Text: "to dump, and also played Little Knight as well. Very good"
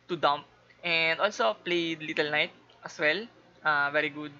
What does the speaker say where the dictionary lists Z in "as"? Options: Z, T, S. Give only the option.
S